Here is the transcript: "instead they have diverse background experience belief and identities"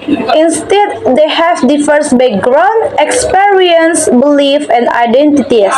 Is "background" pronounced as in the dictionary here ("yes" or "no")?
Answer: no